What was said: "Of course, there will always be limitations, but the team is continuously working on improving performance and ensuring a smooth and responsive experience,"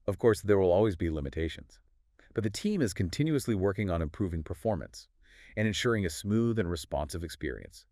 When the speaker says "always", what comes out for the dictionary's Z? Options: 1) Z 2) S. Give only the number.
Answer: 1